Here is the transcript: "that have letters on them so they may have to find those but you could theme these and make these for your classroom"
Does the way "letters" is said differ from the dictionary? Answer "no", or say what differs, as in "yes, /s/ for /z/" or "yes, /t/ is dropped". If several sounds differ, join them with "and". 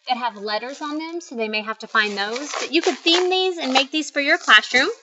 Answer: no